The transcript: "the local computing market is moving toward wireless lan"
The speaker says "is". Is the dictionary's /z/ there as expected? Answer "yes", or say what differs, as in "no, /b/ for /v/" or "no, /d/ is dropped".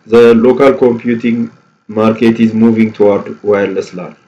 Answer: yes